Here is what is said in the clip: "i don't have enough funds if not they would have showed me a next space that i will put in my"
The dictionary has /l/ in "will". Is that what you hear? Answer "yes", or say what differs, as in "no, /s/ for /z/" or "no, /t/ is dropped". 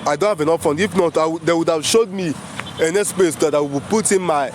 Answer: no, /w/ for /l/